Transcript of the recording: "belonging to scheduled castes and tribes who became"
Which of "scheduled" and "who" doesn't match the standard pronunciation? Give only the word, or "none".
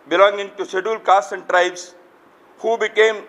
scheduled